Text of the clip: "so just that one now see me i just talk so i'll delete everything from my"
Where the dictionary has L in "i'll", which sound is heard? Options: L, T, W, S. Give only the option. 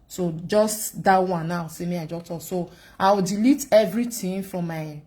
W